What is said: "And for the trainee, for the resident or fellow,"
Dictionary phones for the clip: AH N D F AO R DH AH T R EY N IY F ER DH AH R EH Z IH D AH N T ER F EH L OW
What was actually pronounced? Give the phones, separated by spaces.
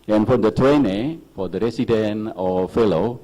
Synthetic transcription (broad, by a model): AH N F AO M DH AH T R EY N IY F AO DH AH R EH S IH D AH N AO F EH L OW